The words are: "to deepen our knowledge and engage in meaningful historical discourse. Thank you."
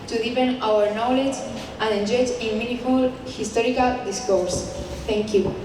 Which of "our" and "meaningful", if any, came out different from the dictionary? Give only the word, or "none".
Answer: meaningful